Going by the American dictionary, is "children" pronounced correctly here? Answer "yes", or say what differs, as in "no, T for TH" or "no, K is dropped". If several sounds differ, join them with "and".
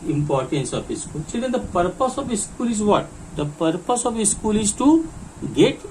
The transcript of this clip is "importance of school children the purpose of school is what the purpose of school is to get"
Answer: no, S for CH and L is dropped and R is dropped